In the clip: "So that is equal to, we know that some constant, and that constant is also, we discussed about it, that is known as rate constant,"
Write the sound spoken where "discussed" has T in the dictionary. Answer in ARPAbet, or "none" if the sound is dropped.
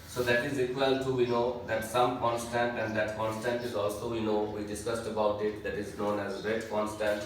T